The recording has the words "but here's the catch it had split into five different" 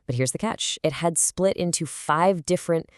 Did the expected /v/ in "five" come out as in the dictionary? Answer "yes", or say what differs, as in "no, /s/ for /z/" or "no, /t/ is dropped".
yes